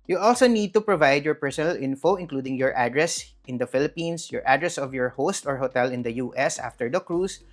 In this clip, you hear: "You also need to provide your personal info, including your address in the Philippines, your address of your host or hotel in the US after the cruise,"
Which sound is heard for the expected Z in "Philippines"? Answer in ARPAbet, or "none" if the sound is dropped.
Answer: S